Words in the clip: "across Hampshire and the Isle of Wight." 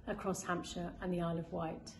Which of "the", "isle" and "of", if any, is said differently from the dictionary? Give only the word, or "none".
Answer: none